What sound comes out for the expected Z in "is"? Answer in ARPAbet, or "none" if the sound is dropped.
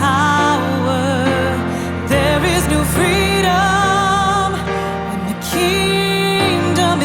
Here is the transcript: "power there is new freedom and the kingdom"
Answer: Z